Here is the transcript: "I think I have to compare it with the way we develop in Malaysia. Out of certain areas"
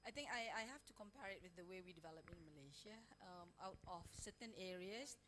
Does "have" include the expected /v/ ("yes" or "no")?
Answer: no